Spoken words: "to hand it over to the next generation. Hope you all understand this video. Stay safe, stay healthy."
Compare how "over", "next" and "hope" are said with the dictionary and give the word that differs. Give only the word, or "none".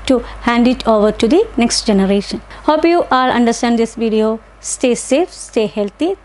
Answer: none